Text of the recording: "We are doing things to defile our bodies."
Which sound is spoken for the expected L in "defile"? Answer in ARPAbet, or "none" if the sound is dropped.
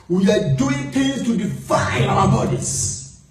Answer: N